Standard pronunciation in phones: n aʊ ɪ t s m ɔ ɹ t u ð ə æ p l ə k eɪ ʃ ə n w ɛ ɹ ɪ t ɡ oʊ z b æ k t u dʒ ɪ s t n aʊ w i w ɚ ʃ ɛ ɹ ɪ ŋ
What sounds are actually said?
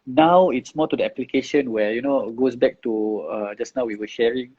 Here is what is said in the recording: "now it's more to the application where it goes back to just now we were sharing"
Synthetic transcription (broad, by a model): n aʊ ɪ t s m ɔ t u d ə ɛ p l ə k eɪ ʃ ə n w ɛ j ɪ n ɡ oʊ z b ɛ k t u dʒ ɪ s n aʊ w i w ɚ ʃ ɛ ɹ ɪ ŋ